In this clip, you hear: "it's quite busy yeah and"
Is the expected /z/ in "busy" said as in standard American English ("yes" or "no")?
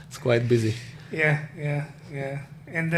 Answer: yes